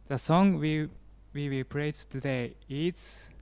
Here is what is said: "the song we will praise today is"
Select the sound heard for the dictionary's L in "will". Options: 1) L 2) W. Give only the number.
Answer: 2